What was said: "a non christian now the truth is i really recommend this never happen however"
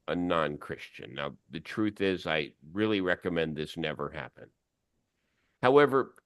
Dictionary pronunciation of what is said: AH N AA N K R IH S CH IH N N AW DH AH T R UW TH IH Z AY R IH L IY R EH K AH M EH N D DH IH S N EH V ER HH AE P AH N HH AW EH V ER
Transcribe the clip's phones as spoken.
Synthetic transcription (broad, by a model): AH N AA N K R IH S CH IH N N AW DH AH T R UW TH IH Z AY R IH L IY R EH K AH M EH N DH IH S N EH V ER HH AE P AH N HH AW EH V ER